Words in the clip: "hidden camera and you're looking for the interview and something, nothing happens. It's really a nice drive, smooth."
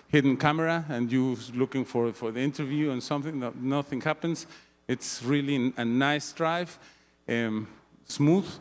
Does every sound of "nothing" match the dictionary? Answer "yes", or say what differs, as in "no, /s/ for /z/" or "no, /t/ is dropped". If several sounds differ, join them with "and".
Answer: yes